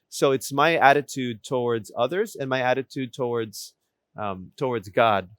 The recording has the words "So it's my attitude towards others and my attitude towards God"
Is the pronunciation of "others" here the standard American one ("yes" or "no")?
yes